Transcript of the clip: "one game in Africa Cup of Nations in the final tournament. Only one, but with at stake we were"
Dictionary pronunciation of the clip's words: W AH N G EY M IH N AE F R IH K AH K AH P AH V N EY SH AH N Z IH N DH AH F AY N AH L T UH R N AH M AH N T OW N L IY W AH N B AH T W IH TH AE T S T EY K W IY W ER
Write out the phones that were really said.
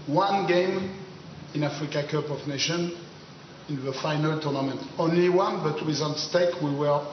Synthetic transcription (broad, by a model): W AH N G EY M IH N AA F R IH K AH K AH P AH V N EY SH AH N IH N DH AH F AY N AH L T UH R N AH M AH N T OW N L IY W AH N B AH T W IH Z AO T S T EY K W IY W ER